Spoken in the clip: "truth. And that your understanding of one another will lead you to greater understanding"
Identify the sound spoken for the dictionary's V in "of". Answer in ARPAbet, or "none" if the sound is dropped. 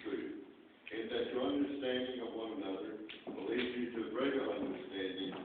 V